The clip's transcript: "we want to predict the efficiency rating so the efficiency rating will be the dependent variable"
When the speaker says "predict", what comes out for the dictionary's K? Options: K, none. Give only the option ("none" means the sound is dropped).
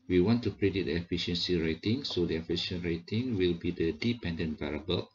none